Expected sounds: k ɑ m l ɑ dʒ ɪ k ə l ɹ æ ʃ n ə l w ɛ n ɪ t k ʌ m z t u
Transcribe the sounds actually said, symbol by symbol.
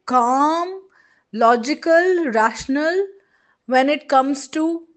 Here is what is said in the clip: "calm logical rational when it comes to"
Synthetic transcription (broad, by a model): k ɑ m l ɑ dʒ ɪ k ə l ɹ æ ʃ n ə l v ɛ n ɪ t k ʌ m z t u